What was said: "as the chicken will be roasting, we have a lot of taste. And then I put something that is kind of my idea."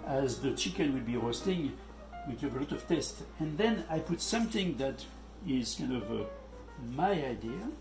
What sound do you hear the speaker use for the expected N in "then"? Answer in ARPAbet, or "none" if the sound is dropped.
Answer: N